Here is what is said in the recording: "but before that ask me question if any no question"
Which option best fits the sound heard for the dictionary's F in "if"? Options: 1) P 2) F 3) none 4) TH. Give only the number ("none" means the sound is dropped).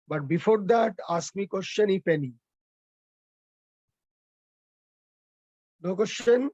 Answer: 1